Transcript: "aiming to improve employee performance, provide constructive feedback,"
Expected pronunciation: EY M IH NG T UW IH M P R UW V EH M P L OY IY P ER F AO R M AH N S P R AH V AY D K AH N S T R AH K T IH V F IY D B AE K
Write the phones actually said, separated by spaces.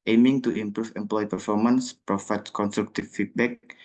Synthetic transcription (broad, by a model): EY M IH NG T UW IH M P R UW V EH M P L OY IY P ER F AO R M AH N S P R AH F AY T K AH N S T R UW K T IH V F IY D B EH K